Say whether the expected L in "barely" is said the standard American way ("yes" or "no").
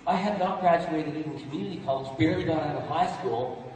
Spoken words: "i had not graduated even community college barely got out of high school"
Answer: no